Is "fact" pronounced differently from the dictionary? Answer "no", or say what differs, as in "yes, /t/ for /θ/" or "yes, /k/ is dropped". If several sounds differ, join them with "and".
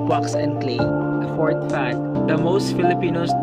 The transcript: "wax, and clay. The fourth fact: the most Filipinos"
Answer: yes, /k/ is dropped